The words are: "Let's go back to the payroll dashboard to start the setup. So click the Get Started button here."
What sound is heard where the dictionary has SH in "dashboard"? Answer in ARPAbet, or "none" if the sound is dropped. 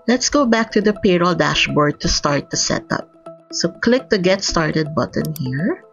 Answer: SH